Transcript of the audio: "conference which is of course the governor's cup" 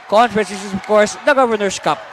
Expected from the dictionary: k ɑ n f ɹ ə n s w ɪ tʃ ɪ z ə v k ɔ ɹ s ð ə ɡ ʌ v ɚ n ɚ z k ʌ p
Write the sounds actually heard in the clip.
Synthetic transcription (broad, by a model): k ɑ n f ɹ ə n s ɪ s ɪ s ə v k ɔ ɹ s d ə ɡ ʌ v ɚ n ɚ s k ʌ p